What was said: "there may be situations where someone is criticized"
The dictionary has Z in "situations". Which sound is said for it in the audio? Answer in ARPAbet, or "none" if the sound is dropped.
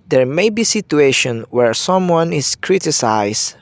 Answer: none